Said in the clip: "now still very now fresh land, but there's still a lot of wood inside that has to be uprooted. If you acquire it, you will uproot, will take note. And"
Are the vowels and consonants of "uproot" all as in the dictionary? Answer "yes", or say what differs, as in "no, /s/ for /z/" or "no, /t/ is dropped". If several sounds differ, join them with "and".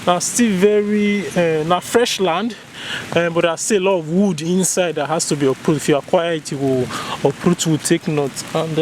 yes